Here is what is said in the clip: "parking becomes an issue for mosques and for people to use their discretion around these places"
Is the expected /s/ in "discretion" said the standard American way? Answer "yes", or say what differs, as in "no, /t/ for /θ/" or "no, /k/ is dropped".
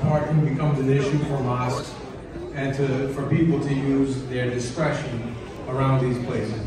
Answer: yes